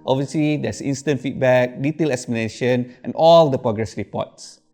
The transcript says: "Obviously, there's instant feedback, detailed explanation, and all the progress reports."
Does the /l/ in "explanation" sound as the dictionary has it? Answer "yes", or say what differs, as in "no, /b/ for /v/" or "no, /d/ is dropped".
no, /l/ is dropped